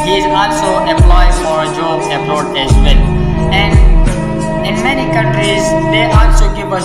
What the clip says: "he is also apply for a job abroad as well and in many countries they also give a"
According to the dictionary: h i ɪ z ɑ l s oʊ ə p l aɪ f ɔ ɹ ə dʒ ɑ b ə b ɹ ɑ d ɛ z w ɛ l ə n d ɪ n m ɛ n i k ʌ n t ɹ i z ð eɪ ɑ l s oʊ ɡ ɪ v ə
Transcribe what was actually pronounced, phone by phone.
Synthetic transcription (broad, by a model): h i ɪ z ɑ l s oʊ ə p l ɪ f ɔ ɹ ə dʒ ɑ ə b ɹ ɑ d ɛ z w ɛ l ə n d ɪ n m ɛ n i k ʌ n t ɹ i z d eɪ ɑ l s oʊ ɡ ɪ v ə